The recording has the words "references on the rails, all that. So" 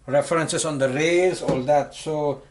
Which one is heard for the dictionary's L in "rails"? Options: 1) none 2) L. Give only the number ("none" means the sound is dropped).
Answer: 1